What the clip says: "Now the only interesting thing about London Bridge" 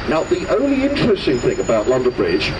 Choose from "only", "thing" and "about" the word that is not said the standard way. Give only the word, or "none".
none